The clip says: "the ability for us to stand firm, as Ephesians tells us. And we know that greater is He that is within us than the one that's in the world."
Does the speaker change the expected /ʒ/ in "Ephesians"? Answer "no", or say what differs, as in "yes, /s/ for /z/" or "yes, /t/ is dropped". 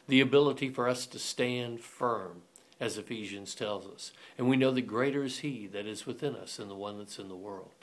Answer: no